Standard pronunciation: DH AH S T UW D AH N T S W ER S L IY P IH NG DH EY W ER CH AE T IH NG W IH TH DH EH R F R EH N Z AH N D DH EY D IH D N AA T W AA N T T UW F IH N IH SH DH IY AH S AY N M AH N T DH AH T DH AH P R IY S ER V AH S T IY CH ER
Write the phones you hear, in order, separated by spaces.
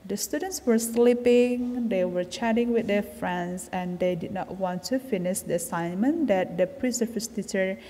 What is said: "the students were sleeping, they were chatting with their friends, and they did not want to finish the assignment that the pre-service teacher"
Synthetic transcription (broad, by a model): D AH S T UW D AH N T S W ER S L IY P IH NG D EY W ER CH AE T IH NG W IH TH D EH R F R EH N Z AH N D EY D IH D N AA T W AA N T T UW F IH N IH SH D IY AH S AY N M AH N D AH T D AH P R IY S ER F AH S T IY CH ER